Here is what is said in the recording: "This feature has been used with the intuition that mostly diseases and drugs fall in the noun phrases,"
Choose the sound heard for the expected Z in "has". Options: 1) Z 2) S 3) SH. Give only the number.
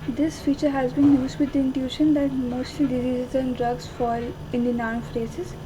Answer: 1